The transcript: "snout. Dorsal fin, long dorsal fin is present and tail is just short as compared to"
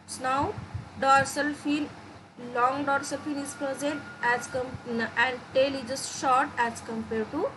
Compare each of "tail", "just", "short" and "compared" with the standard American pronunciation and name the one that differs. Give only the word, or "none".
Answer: none